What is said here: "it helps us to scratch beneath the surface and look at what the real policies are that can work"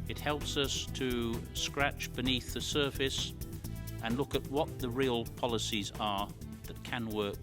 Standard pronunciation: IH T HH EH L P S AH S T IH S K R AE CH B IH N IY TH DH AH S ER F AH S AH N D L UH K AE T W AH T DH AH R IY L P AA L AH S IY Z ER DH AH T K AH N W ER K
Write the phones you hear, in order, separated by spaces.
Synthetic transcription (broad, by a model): IH T HH EH L P S AH S T IH S K R AE CH B IH N IY TH DH AH S ER F AH S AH N L UH K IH T W AH T DH AH R IY L P AA L AH S IY Z ER DH AH T K AH N W ER K